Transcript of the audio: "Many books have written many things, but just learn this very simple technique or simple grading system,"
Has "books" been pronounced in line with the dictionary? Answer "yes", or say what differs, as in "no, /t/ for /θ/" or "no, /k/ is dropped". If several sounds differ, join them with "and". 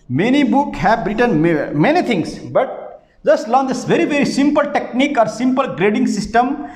no, /s/ is dropped